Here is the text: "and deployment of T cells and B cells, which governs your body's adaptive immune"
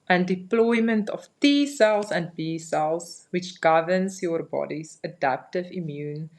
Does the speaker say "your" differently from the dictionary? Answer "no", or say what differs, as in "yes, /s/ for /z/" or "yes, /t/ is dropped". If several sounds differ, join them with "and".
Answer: no